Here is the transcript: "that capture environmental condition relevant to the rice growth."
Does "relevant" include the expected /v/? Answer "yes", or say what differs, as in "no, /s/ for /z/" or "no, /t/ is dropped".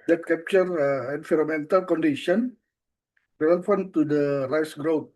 no, /f/ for /v/